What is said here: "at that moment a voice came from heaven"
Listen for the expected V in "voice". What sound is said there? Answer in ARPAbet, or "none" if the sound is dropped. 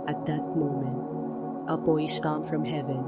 B